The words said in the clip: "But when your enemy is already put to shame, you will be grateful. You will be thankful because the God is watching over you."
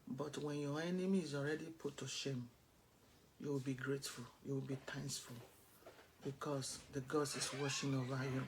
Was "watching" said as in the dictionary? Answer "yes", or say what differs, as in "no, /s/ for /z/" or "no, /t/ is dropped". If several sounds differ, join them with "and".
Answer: no, /ʃ/ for /tʃ/